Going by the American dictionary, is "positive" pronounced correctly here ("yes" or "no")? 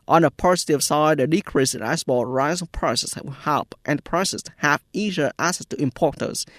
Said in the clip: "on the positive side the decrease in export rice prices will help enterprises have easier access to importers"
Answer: no